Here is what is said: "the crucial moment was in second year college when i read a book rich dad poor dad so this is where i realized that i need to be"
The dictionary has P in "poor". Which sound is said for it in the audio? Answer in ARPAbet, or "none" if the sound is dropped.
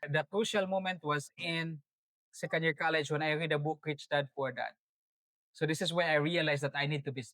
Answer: F